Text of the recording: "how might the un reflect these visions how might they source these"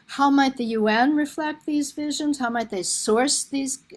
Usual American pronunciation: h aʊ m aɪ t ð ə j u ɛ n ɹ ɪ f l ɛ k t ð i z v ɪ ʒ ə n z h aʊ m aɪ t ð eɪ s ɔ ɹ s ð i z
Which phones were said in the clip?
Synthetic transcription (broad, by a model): h aʊ m aɪ t ð ə j u ɛ n ɹ ɪ f l ɛ k t ð i z v ɪ ʒ ə n z h aʊ m aɪ t ð eɪ s ɔ ɹ s ð i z